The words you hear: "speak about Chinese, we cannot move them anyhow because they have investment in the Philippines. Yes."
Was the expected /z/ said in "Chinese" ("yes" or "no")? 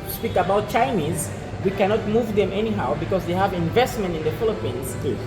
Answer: yes